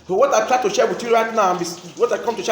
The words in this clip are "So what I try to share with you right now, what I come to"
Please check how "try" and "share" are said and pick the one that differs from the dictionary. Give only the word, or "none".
none